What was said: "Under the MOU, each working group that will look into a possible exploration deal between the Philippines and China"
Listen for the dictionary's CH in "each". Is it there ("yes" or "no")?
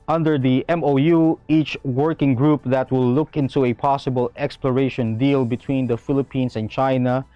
yes